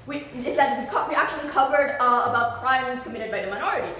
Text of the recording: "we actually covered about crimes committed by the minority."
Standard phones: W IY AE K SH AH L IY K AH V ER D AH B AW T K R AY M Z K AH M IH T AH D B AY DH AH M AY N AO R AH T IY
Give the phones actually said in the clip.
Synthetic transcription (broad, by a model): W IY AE K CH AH L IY K AH V ER D AH B AW T K R AY M Z K AH M IH T AH D B AY DH AH M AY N AO R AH T IY